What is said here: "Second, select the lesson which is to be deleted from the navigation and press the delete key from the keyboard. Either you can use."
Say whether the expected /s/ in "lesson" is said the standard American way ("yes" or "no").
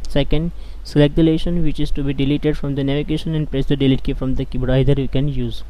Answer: no